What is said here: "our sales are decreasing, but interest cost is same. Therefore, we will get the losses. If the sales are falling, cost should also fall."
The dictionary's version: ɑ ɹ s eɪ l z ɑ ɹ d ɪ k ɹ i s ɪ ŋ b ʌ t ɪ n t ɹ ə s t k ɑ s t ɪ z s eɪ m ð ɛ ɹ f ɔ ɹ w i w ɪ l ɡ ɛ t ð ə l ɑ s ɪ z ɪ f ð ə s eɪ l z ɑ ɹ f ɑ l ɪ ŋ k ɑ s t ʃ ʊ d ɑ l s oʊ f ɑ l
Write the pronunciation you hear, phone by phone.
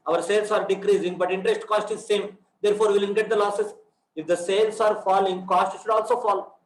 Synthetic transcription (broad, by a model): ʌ ɹ s eɪ l s ɑ ɹ d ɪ k ɹ i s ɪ ŋ b ʌ t ɪ n t ɹ ə s t k ɑ s t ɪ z s eɪ m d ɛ ɹ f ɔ ɹ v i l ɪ n ɡ ɛ t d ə l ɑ s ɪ s ɪ f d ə s eɪ l s ɑ ɹ f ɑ l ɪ ŋ k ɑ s t ʃ ʊ d ɑ l s oʊ f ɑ l